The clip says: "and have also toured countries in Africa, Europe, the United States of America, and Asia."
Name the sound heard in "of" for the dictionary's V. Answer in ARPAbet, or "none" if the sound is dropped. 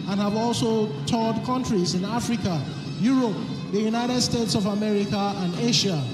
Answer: V